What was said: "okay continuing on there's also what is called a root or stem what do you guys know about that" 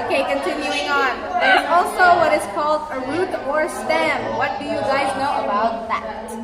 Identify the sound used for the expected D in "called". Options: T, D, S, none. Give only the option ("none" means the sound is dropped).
D